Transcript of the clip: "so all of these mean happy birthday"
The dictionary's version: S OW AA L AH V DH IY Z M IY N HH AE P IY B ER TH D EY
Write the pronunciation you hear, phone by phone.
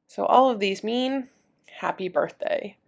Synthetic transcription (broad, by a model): S OW AA L AH V DH IY Z M IY N HH AE P IY B ER TH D EY